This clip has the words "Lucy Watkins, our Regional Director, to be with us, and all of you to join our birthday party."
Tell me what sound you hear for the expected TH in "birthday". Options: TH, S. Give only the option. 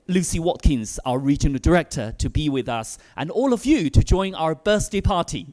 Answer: S